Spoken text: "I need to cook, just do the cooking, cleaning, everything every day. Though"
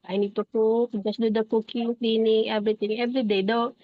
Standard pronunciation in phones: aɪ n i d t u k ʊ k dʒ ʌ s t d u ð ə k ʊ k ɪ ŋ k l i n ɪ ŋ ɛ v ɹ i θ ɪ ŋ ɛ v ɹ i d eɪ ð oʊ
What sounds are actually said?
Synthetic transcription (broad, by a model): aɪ n i d t u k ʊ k dʒ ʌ s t d u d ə k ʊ k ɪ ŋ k l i n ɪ ŋ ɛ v ɹ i t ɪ ŋ ɛ v ɹ i d eɪ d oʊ